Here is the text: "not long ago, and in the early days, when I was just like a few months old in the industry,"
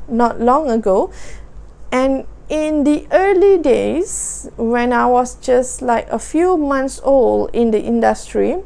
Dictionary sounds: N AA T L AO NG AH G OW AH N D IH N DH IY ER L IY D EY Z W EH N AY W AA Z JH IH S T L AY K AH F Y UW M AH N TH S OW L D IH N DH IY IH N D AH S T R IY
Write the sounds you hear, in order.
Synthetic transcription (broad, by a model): N AA T L AO NG AH G OW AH N IH N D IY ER L IY D EY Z W EH N AY W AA S JH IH S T L AY K AH F Y UW M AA N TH S OW L IH N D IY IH N D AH S T R IY